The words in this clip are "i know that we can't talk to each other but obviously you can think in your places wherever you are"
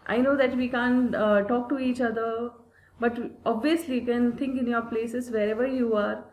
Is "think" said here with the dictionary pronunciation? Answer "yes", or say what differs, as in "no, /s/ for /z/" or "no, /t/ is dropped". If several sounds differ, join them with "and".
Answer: no, /t/ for /θ/